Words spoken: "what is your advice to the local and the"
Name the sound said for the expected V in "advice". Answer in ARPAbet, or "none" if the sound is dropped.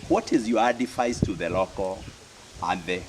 F